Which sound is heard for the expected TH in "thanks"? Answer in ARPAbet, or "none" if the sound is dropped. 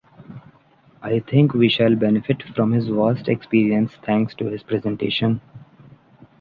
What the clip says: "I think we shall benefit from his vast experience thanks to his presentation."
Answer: T